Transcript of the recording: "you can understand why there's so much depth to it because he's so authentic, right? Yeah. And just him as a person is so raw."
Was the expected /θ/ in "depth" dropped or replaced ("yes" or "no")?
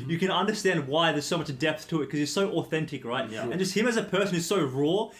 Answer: no